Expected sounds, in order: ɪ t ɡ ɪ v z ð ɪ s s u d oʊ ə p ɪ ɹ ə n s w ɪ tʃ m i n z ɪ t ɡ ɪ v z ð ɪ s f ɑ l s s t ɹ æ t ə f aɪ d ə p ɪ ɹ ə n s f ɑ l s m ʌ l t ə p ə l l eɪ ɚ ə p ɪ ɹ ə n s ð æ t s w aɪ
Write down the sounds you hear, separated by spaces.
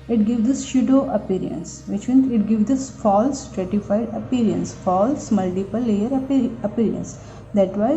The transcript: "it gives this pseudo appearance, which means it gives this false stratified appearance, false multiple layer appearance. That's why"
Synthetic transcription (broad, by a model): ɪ t ɡ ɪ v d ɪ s ʃ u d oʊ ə p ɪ ɹ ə n s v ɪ tʃ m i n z ɪ t ɡ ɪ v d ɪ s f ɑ l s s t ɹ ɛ t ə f aɪ d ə p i ɹ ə n s f ɑ l s m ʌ l t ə p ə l l eɪ ɚ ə p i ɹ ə n s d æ t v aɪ